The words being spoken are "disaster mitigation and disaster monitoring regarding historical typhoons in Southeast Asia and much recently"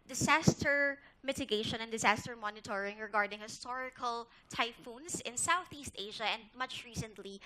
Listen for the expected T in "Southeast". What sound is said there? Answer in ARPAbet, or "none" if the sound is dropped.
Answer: T